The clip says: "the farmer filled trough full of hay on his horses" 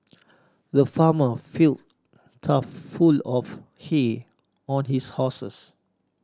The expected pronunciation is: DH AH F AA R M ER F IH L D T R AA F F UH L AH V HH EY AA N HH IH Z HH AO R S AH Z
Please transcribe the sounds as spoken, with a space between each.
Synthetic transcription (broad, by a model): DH AH F AA M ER F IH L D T AA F F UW L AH F HH EY AA N HH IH S HH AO S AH S